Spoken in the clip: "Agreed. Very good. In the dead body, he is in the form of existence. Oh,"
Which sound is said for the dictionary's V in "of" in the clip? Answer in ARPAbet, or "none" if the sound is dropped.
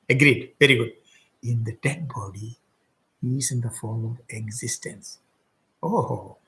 V